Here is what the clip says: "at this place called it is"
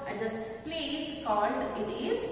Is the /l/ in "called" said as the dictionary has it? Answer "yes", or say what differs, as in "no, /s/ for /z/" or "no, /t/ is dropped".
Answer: yes